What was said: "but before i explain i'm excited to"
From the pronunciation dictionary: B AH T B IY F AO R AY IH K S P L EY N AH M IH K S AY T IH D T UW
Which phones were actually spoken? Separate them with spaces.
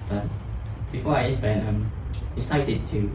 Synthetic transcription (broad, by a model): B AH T B IY F AO R AY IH S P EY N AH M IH S AY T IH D T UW